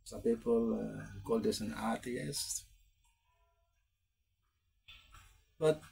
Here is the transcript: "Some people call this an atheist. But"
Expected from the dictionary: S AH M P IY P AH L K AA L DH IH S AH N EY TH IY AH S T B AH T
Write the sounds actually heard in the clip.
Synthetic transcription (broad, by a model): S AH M P IY P AH L K AA L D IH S AH N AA T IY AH S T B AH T